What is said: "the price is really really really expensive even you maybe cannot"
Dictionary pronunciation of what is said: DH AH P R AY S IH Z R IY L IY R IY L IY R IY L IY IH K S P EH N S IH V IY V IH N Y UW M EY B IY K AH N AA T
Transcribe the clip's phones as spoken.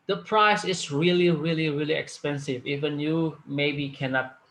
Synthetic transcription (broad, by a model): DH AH P R AY S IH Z R IY L IY R IY L IY R IY L IY IH K S P EH N S IH V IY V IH N Y UW M EY B IY K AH N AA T